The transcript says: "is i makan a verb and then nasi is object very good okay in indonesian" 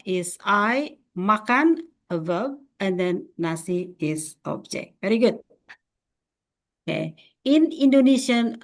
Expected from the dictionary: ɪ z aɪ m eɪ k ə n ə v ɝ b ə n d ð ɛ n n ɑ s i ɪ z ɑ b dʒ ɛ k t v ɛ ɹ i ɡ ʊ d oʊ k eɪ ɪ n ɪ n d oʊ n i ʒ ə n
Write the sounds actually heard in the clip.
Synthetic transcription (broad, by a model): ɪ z aɪ m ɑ k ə n ə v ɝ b ə n d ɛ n n ɑ s i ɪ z ɑ b dʒ ɛ k t v ɛ ɹ i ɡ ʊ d oʊ k eɪ ɪ n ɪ n d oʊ n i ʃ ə n